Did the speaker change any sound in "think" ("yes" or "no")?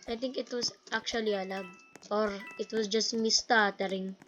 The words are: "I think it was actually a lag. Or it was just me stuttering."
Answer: yes